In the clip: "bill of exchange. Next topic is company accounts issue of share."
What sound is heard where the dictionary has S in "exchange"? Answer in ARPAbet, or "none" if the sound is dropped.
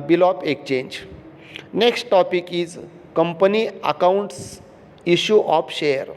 none